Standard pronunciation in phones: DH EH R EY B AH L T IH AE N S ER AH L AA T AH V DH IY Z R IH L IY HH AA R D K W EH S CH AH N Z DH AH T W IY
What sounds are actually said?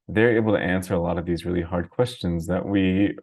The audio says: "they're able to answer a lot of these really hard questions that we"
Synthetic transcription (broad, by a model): DH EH R EY B L T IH AE N S ER AH L AA T AH V DH IY Z R IH L IY HH AA R D K W EH S CH AH N Z DH AH T W IY